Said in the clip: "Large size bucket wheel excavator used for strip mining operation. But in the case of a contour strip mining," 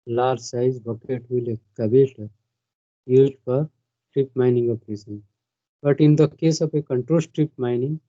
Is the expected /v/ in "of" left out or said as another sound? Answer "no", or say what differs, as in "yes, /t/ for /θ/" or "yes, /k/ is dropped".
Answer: yes, /p/ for /v/